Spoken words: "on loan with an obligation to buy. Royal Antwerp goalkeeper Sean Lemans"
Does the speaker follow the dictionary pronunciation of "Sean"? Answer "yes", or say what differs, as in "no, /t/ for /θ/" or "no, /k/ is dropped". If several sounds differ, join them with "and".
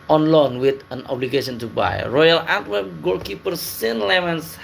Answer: no, /s/ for /ʃ/